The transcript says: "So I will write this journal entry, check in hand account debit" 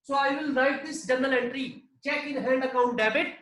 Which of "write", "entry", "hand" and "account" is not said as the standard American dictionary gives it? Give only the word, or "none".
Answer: none